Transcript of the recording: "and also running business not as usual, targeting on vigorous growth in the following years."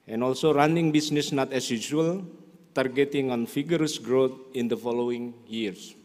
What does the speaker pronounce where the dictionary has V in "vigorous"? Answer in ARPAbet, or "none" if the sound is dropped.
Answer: F